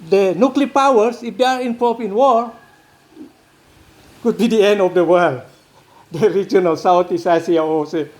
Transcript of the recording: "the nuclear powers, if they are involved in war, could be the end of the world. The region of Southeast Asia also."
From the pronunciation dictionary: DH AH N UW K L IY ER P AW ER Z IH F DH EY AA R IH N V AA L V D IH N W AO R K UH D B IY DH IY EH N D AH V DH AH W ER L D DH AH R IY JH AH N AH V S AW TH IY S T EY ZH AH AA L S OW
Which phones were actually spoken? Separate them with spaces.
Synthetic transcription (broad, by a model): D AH N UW K L IY P AW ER S IH F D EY AA R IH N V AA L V IH N W AO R K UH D B IY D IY EH N D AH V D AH W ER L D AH R IY JH AH N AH S AW T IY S EY S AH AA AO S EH